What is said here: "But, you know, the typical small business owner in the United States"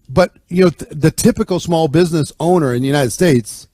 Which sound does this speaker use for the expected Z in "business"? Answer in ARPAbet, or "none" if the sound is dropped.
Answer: Z